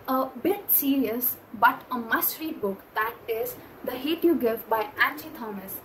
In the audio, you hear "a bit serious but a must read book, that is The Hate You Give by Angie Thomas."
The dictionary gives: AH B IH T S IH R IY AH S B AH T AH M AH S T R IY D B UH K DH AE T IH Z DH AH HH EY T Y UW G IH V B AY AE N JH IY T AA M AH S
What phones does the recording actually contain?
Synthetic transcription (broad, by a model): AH B IH T S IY R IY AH S B AH T AH M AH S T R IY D B UH K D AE T IH Z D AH HH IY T Y UW G IH V B AY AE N CH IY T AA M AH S